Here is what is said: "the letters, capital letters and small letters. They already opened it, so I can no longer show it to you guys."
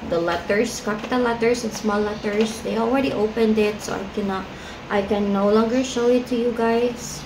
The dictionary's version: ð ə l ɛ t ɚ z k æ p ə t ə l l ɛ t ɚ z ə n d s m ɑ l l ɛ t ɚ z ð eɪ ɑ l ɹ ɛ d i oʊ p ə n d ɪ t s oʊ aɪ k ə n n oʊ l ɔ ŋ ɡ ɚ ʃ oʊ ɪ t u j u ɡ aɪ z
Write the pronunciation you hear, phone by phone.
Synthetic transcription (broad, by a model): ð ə l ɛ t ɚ s k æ p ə t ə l l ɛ t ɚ s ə n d s m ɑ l l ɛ t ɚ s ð eɪ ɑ l ɹ ɛ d i oʊ p ə n d ɪ t s oʊ aɪ k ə n n oʊ l ɔ ŋ ɡ ɚ ʃ oʊ ɪ t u j u ɡ aɪ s